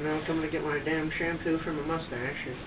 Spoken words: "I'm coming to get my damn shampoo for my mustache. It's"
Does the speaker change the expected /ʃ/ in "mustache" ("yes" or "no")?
yes